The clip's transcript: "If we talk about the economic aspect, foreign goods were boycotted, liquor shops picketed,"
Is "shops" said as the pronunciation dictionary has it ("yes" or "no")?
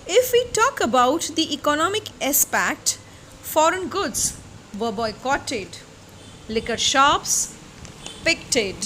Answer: yes